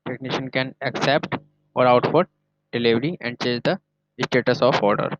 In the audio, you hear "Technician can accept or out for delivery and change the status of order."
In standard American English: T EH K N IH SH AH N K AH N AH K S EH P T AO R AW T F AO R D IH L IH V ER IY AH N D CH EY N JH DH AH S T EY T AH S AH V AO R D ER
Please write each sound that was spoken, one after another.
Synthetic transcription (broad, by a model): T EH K N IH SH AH N K AH N AH K S EH P T AO R AW T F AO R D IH L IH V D IY AH N D CH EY JH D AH S T EY T AH S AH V AO R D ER